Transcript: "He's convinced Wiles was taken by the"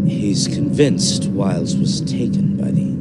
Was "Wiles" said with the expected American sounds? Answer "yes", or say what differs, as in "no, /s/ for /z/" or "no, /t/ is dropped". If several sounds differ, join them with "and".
yes